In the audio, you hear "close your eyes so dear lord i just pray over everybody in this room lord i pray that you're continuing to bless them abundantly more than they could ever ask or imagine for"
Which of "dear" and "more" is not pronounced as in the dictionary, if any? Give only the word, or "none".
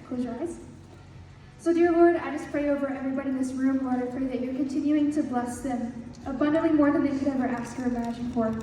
none